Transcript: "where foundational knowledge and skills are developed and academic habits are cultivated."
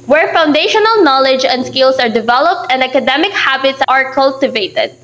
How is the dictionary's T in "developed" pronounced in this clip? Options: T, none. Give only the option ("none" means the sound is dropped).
T